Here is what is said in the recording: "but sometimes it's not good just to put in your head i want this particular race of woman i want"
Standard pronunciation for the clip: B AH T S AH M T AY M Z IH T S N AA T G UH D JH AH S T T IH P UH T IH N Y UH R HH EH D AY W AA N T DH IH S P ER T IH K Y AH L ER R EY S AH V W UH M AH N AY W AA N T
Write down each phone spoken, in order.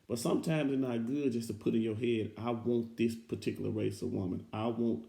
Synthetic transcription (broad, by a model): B AH T S AH M T AY M Z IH N AA T G UH D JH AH S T T IH P UH T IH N Y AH R HH EH D AY W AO N DH IH S P ER T IH K Y L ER R EY S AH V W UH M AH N AY W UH N T